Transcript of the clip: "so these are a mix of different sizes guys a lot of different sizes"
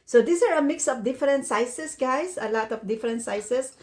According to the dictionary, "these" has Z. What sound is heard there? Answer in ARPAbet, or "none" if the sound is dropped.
S